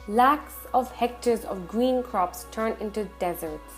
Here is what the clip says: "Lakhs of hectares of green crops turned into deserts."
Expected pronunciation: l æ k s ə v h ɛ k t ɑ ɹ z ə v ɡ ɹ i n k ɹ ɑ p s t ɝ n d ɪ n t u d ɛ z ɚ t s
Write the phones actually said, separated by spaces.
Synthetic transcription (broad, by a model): l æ k s ə v h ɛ k t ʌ ɹ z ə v ɡ ɹ i n k ɹ ɑ p s t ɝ n ɪ n t u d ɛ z ɚ t s